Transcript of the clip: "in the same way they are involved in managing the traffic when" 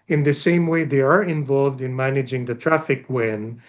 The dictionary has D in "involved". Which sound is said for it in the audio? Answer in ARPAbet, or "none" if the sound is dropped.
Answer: D